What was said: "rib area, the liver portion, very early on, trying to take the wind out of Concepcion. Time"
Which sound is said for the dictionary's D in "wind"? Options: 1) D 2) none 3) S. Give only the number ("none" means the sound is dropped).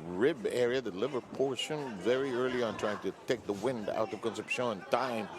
1